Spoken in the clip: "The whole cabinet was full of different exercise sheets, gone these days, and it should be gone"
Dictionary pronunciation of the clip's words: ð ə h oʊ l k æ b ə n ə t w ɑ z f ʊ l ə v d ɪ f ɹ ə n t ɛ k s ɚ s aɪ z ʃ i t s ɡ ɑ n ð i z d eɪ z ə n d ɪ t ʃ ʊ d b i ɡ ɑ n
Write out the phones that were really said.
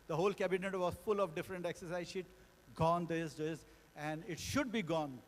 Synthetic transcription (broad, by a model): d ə h oʊ l k æ b ə n ə t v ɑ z f ʊ l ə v d ɪ f ɹ ə n t ɛ k s ɚ s aɪ z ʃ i t ɡ ɑ n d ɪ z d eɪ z ə n d ɪ t ʃ ʊ d b i ɡ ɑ n